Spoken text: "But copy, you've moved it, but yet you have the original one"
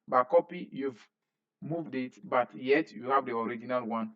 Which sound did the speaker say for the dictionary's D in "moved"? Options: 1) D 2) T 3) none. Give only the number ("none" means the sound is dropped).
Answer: 1